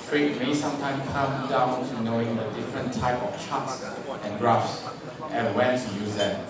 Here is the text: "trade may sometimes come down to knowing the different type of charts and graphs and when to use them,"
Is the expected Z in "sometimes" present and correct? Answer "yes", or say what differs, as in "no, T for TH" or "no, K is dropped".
no, Z is dropped